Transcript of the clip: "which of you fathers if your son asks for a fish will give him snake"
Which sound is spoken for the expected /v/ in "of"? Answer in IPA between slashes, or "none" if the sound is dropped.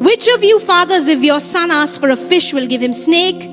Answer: /v/